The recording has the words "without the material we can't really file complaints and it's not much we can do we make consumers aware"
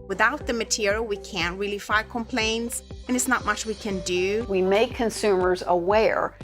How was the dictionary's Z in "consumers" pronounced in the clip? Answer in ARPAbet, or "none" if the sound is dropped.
Z